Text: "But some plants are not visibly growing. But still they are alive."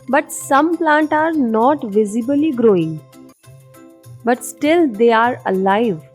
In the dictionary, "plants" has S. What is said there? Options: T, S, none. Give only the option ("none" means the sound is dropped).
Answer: none